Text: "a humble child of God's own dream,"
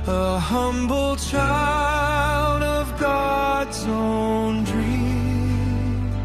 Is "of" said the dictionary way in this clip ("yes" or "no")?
yes